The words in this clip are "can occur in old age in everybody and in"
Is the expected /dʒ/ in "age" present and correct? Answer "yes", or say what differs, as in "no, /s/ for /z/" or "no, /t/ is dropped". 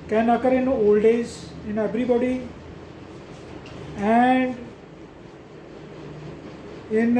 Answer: no, /z/ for /dʒ/